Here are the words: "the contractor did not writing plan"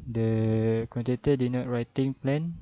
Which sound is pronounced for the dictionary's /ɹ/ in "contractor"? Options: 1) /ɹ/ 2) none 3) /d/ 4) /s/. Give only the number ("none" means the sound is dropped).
2